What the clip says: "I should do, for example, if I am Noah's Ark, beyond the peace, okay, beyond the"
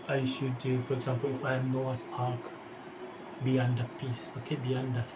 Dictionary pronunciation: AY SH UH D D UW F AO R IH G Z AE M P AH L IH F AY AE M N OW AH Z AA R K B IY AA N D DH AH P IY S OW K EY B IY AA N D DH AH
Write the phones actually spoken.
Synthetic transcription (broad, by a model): AY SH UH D D UW F AO R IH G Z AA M P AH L IH F AY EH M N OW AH S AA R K B IY AA N D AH P IY S OW K EY B IY AA N D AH